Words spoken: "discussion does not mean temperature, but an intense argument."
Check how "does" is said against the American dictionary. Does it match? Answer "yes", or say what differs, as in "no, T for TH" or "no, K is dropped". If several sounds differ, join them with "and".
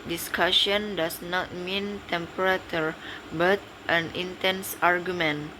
no, S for Z